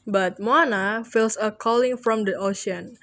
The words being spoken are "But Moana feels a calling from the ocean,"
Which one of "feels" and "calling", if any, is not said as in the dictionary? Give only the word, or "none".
feels